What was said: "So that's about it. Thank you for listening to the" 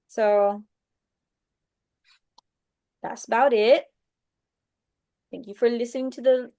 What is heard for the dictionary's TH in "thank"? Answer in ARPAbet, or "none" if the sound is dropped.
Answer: TH